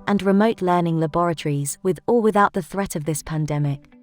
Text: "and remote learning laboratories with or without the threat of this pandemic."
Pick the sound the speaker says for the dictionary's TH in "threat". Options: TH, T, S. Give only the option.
TH